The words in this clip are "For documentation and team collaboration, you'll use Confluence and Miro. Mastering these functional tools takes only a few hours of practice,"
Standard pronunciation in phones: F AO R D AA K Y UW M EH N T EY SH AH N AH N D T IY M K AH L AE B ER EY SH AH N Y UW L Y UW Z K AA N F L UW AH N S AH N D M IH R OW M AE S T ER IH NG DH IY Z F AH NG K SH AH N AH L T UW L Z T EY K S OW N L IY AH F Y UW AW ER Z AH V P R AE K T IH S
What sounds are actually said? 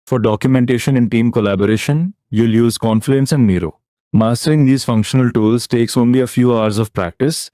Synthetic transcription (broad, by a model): F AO R D AA K Y UW M EH N T EY SH AH N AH N T IY M K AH L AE B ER EY SH AH N Y UW L Y UW Z K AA N F UW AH N S AH N D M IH R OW M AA S T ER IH NG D IY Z F AH NG K SH AH N AH L T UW L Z T EY K S OW N L IY AH F Y UW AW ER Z AH V P R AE K T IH S